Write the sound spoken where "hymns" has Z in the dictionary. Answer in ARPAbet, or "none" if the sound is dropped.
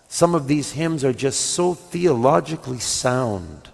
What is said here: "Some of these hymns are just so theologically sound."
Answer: Z